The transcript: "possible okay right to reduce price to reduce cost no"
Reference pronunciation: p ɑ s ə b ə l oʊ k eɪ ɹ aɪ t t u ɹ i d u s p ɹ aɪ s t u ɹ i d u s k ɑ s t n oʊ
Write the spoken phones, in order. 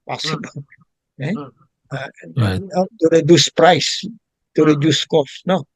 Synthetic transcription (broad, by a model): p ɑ s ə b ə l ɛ eɪ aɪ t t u ɹ i d u s p ɹ aɪ s t u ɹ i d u s k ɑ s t n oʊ